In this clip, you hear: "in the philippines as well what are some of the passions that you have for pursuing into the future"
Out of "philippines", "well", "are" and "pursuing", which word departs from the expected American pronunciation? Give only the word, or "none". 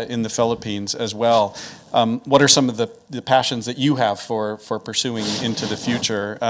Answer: none